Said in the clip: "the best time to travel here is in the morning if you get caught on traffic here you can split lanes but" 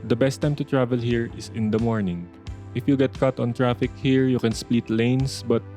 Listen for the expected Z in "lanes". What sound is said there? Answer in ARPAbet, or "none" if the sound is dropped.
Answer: S